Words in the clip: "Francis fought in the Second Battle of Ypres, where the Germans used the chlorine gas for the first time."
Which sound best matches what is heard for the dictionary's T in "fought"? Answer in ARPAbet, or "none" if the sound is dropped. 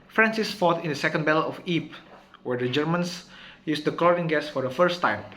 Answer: T